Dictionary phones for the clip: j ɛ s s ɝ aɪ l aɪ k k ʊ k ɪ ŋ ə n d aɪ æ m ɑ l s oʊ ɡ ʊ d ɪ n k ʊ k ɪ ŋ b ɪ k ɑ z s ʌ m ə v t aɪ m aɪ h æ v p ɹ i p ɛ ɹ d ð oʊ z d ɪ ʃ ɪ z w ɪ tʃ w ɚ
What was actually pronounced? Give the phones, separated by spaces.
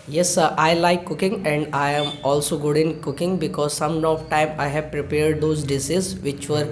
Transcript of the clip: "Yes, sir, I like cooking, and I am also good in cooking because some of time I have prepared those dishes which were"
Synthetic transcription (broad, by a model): j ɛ s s aɪ l aɪ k k ʊ k ɪ ŋ ə n d aɪ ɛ m ɑ l s oʊ ɡ ʊ d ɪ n k ʊ k ɪ ŋ b ɪ k ɑ z s ʌ m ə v t aɪ m aɪ h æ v p ɹ i p ɛ ɹ d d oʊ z d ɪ s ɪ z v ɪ tʃ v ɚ